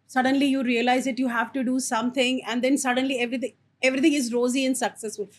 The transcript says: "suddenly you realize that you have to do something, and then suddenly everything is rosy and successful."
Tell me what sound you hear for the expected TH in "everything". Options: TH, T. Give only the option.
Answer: T